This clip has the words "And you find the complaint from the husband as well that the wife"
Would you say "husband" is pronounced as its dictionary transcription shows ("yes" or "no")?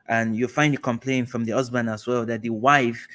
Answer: no